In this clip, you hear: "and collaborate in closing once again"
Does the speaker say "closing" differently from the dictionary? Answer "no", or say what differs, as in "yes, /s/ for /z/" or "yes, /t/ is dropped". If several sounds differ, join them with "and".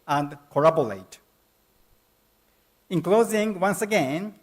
no